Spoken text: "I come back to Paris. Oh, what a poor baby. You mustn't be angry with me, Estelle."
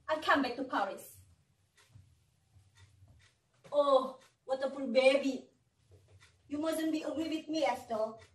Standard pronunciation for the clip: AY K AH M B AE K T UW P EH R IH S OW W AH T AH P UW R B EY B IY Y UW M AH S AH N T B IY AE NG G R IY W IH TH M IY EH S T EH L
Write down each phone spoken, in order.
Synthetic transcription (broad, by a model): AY K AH M B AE K T UW P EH R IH S OW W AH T AH F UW L B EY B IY Y UW M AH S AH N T B IY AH G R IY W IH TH M IY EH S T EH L